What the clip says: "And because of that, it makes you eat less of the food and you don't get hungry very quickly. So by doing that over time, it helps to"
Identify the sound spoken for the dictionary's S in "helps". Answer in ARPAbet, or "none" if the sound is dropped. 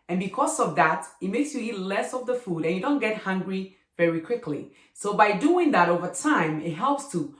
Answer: S